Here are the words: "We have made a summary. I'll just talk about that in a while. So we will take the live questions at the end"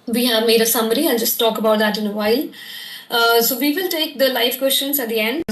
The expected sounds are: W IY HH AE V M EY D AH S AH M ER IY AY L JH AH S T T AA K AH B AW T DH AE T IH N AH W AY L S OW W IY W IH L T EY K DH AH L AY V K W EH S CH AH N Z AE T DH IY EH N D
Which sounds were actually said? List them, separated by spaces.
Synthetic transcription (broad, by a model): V IY HH AE V M EY D AH S AH M ER IY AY N JH AH S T T AA K AH B AW T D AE T IH N AH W AY L S OW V IY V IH L T EY K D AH L AY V K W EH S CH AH N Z AE T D IY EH N D